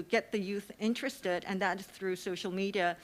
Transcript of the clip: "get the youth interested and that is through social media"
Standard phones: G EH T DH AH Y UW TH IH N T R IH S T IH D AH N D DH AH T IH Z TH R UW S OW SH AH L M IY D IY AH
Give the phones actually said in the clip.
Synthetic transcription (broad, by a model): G EH T DH AH Y UW TH IH N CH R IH S T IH D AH N DH AH T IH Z TH R UW S OW SH L M IY D IY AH